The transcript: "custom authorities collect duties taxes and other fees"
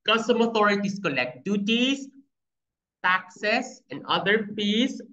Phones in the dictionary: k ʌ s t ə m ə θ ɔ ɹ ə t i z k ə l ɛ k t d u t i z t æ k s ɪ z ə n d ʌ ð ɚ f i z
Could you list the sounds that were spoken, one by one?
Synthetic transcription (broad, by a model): k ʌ s t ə m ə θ ɔ ɹ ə t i s k ə l ɛ k t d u t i s t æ k s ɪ s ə n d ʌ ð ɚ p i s